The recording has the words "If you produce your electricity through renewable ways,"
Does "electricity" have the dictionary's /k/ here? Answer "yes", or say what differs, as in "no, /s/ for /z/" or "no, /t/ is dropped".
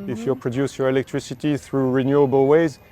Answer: yes